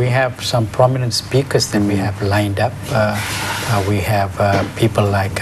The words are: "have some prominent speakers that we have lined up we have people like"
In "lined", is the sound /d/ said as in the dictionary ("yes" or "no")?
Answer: yes